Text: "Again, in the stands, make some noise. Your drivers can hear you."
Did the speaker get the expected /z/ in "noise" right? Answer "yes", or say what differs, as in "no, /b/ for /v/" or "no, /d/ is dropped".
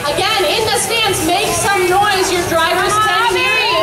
yes